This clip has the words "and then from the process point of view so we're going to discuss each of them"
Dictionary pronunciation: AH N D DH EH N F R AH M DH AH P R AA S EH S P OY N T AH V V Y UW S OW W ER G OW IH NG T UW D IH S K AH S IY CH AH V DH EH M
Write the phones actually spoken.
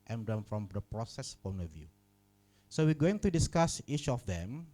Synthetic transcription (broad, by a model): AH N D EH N F R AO M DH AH P R AA S EH S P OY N AH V V Y UW S OW W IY G OW IH NG T UW D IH S K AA S IY CH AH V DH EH M